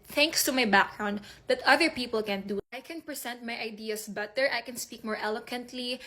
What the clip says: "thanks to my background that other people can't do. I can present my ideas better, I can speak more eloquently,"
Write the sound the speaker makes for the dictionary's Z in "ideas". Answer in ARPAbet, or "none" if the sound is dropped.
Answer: S